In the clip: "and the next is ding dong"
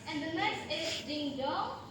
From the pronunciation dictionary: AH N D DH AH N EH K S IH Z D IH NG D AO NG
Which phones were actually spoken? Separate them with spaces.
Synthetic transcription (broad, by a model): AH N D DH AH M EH S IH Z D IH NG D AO